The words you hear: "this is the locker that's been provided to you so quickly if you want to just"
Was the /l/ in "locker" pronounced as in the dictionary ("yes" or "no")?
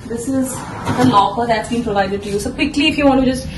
no